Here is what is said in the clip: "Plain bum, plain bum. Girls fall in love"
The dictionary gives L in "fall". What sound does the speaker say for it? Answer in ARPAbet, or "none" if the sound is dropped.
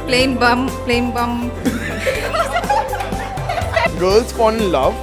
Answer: N